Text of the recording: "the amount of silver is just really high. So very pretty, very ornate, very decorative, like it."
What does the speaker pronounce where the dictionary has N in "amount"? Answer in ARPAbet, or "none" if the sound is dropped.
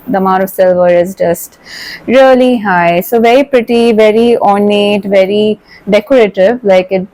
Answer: none